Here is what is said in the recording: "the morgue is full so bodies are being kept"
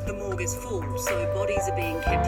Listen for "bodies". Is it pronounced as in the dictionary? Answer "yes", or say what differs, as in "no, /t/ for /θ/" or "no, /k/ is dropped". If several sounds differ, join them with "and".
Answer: yes